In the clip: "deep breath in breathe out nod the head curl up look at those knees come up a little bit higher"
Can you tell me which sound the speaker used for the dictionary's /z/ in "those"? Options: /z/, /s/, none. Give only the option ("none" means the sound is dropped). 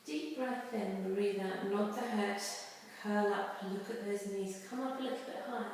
/z/